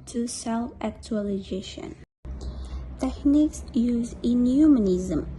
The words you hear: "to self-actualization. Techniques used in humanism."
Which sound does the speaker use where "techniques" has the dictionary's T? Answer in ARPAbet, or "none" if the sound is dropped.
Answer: T